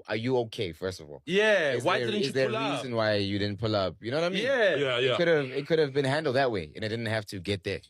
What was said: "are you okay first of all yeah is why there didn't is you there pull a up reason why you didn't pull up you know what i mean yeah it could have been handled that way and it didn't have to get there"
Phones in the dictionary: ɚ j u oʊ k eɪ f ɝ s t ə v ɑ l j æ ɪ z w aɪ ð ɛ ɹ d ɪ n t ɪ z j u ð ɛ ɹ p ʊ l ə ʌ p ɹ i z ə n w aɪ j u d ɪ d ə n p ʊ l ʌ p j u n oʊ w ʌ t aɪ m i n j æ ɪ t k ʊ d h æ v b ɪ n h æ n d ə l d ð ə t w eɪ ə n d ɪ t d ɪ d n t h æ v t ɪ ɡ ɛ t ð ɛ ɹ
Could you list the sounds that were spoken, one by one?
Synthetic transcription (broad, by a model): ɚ j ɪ oʊ k eɪ f ɝ s t ə v ɑ l j æ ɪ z w aɪ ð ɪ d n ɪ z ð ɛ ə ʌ ɹ i z ə n w aɪ j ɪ d ɪ d n p ʊ l ʌ p j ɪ n oʊ w ʌ t aɪ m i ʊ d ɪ ɪ t k ʊ d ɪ v b ɪ n h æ n d l d ð ə t w eɪ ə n ɪ t d ɪ d n t h æ f t ɪ ɡ ɛ t ð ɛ ɹ